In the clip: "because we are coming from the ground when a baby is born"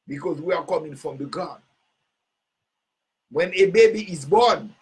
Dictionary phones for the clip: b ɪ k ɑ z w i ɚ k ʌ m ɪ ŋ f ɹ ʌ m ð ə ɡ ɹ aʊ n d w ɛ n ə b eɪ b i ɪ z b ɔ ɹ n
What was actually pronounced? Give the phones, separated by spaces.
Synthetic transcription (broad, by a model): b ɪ k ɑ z w i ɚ k ʌ m ɪ ŋ f ɹ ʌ m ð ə ɡ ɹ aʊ d w ɛ n ə b eɪ b i ɪ z b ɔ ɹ n